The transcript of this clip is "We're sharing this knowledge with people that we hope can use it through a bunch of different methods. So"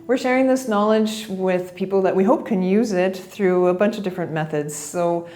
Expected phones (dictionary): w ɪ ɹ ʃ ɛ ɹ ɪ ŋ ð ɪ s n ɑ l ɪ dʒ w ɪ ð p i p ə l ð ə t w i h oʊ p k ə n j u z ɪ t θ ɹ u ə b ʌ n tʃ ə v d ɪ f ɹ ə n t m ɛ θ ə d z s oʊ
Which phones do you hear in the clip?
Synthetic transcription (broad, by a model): w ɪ ɹ ʃ ɛ ɹ ɪ ŋ ð ɪ s n ɑ l ɪ dʒ w ɪ ð p i p l ð ə t w i h oʊ p k ə n j u z ɪ t θ ɹ u ə b ʌ n tʃ ə v d ɪ f ɹ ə n m ɛ θ ə d z s oʊ